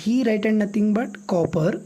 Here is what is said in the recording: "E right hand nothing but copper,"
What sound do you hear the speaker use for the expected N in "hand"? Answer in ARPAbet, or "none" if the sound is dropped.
none